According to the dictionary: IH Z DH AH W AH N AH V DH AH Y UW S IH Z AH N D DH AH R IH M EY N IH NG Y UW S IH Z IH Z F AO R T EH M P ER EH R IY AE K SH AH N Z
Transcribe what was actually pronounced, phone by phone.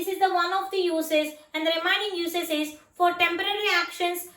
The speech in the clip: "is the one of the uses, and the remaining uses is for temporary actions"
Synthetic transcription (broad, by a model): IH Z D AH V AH N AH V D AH Y UW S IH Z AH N D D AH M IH IH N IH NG Y UW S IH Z IH Z F AO R T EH M P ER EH R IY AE K SH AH N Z